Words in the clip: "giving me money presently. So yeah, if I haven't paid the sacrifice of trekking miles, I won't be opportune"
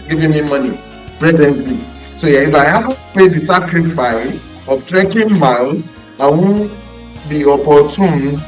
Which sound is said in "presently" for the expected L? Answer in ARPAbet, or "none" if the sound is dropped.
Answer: L